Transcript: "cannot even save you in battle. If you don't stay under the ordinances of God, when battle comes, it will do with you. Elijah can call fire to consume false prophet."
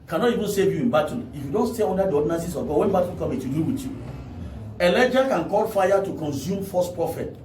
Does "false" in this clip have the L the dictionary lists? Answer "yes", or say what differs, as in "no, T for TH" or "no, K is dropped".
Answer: no, L is dropped